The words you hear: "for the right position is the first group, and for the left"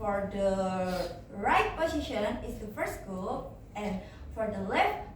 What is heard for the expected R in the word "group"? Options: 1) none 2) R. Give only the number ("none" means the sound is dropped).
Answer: 1